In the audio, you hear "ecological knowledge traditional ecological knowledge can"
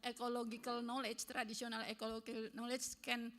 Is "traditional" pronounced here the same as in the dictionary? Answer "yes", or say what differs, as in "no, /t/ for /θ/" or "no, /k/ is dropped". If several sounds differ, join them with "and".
no, /s/ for /ʃ/